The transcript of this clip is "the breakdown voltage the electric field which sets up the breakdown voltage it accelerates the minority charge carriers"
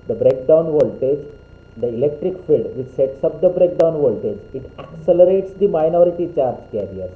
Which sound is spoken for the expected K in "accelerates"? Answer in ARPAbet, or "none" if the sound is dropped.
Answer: K